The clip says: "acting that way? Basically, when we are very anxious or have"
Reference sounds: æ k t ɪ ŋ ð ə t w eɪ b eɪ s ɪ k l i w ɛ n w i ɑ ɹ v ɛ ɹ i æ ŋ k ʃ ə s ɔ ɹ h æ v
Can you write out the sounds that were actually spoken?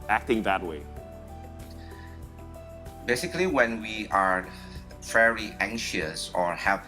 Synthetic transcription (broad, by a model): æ k t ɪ ŋ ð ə t w eɪ b eɪ s ɪ k l i w ɛ n w i ɑ ɹ f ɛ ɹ i æ ŋ k ʃ ə s ɔ ɹ h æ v